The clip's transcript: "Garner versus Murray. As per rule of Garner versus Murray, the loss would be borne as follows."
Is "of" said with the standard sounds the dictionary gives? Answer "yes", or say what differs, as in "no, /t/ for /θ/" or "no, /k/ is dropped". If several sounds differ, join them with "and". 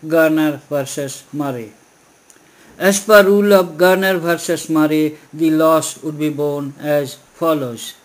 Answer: no, /b/ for /v/